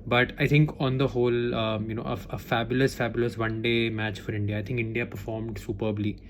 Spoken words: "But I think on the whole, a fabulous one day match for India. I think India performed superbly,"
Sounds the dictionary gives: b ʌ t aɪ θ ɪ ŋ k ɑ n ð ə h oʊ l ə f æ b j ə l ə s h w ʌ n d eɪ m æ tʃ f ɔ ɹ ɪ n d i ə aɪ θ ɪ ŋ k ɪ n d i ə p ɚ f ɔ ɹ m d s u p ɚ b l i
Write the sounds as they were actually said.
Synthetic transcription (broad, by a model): b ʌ t aɪ t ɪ ŋ k ɑ n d ə h oʊ l ə f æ b j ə l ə s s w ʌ n d eɪ m æ tʃ f ɔ ɹ ɪ n d i ə aɪ t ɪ ŋ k ɪ n d i ə p ɚ f ɔ ɹ m d s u p ɚ b l i